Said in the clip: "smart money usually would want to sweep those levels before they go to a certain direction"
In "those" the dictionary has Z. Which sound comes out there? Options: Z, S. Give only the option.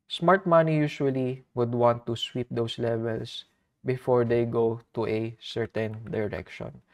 S